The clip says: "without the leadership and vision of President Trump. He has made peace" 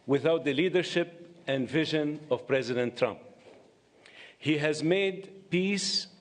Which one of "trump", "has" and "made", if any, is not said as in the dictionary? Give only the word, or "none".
none